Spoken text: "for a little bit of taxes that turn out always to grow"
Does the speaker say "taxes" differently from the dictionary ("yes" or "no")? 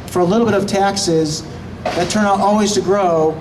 no